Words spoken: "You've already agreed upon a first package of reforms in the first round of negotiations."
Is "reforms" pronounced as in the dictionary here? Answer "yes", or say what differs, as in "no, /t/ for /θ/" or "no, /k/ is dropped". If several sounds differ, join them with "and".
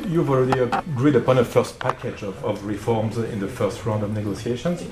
yes